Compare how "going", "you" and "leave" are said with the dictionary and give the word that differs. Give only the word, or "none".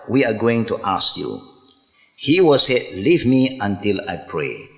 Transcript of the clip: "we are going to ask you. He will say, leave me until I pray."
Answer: none